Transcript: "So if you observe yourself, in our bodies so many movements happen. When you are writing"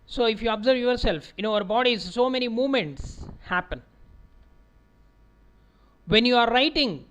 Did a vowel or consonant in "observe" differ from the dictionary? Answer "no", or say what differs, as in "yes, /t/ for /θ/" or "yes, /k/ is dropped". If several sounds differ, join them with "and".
no